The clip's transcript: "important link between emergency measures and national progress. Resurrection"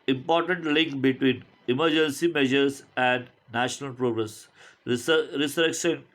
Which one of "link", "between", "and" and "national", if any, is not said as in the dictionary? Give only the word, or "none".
none